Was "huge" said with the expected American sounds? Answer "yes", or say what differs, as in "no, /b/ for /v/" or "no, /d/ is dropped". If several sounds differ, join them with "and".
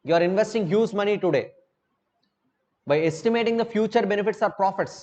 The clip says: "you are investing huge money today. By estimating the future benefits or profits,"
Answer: no, /z/ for /dʒ/